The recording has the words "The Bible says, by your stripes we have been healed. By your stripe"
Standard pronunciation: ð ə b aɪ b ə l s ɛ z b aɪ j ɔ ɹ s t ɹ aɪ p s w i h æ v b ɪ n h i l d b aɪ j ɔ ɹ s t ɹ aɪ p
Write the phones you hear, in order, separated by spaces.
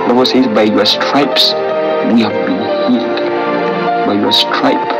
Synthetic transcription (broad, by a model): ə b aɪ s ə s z b aɪ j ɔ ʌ s t ɹ aɪ p s w i h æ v b ɪ n h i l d b aɪ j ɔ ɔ s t ɹ aɪ p